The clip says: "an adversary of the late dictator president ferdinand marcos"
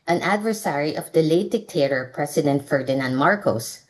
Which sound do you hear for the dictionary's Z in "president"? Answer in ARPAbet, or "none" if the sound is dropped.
S